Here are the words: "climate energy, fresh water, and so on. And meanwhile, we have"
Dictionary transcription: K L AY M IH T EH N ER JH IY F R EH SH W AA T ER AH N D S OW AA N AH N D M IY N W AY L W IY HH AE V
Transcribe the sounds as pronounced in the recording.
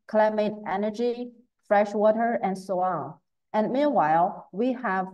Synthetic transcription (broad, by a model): K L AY M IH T EH N ER JH IY F R EH SH W AA T ER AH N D S OW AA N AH N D M IY N W AY L W IY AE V